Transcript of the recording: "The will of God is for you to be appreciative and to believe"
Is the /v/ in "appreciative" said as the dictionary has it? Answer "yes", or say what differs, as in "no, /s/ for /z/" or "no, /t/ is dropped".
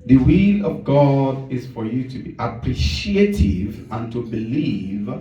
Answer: yes